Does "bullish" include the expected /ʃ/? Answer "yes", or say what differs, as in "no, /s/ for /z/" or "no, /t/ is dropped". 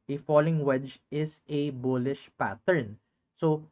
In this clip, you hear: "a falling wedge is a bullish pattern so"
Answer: yes